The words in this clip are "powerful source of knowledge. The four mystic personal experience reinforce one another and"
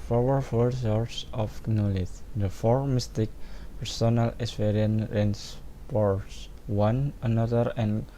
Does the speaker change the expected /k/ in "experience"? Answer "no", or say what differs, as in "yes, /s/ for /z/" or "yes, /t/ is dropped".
yes, /k/ is dropped